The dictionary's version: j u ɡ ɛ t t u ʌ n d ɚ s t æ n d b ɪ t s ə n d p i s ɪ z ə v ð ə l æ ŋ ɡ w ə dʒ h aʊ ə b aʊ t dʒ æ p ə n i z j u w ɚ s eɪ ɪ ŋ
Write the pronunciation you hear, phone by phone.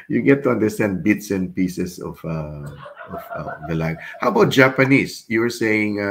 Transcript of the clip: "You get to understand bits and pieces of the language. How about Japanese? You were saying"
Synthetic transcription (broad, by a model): j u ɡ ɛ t t u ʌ n d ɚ s t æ n d b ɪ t s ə n p i s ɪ s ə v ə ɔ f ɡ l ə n h aʊ ə b aʊ t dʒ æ p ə n i s j u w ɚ s eɪ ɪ ŋ